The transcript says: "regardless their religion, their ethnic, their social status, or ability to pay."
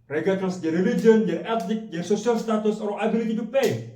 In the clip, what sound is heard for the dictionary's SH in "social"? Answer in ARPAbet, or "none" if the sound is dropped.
S